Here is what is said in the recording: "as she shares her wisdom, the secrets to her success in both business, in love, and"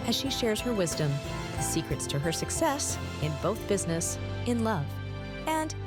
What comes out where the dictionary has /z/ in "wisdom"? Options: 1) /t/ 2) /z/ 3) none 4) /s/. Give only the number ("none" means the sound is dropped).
2